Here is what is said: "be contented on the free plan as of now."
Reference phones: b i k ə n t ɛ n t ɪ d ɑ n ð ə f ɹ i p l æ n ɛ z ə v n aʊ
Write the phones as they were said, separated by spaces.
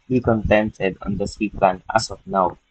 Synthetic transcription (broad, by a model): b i k ə n t ɛ n t ɪ d ɑ n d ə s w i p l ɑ n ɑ s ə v n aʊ